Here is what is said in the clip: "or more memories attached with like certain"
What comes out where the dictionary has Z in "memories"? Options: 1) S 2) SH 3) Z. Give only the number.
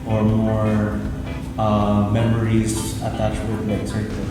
3